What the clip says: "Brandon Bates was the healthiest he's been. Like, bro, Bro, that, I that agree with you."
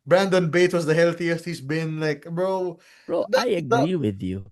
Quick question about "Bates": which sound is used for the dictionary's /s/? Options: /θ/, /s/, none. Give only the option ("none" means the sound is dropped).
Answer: none